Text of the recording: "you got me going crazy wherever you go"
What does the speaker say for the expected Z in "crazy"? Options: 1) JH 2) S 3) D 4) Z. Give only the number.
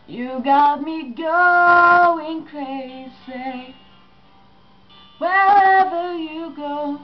2